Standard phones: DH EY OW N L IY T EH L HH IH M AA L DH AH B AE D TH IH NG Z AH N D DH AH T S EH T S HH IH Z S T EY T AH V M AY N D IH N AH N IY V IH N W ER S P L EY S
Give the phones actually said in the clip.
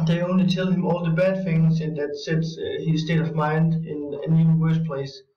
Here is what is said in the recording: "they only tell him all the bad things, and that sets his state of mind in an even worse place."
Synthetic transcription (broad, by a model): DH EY OW N L IY T EH L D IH M AA L DH AH B AE D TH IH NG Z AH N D DH AH T S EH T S HH IH Z S T EY T AH V M AY N D IH N AH N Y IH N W ER S P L EY S